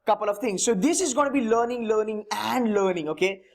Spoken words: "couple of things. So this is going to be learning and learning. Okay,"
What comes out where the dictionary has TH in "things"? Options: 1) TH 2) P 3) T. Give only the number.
3